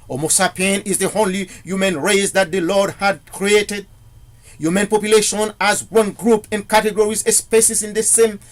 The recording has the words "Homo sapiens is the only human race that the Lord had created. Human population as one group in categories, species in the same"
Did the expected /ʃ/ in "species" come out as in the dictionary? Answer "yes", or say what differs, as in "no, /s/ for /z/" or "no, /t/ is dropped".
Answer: no, /s/ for /ʃ/